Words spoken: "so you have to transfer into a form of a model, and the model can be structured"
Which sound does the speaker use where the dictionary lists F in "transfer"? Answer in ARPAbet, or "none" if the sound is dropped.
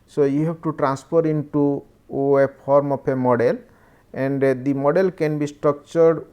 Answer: P